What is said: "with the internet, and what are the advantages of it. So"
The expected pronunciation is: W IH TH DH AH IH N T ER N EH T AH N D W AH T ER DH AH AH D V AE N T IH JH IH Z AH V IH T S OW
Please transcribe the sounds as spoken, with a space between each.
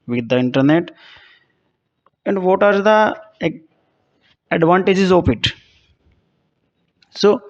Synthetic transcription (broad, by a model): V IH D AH IH N T ER N EH T AH N D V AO T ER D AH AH D V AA N T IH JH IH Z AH P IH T S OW